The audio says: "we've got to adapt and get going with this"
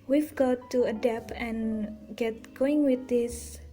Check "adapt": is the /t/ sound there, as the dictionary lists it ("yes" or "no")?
no